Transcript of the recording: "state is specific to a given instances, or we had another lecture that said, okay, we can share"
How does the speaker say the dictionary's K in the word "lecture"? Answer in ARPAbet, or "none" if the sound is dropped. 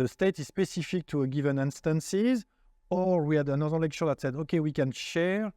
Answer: K